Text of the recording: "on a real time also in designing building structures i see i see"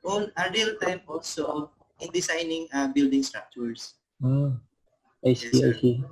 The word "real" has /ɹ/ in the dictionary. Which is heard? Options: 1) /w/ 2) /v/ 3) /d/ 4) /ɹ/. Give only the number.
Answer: 4